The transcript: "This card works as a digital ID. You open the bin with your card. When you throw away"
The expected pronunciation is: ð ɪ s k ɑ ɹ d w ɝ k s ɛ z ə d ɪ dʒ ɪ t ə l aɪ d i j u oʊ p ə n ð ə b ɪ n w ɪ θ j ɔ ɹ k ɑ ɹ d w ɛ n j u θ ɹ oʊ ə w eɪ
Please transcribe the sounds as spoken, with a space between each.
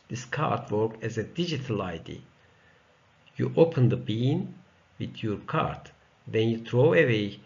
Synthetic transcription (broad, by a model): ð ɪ s k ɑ ɹ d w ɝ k ɛ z ə d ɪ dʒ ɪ t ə l aɪ d i j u oʊ p ə n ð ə b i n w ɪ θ j ɔ ɹ k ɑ ɹ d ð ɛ n j u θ ɹ oʊ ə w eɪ